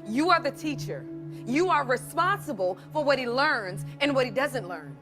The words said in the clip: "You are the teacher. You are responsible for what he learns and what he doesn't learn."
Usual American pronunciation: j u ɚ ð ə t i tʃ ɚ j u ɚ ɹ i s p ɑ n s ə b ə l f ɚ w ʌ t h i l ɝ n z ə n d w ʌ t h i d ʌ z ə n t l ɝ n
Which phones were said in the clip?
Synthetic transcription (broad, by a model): j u ɚ ð ə t i tʃ ɚ j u ɚ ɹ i s p ɑ n s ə b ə l f ɚ w ʌ t h i l ɝ n z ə n w ʌ t h i d ʌ z ə n t l ɝ n